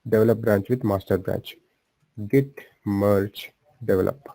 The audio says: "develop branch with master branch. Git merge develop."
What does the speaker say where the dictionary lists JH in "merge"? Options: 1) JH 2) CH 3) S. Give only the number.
2